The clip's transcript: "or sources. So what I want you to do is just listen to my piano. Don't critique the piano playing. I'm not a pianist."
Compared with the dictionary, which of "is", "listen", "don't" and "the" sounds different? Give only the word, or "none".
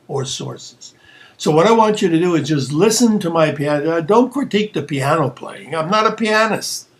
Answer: none